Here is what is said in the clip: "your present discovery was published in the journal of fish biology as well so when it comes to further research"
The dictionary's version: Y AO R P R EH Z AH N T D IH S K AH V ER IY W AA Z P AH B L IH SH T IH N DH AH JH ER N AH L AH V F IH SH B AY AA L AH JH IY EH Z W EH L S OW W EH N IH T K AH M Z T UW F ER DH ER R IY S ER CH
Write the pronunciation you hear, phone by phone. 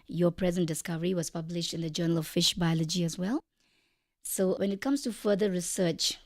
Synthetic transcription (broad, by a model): Y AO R P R EH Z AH N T D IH S K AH V ER IY W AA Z P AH B L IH SH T IH N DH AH JH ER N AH L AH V F IH SH B AY AA L AH JH IY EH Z W EH L S OW W EH N IH T K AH M S T UW F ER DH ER R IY S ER CH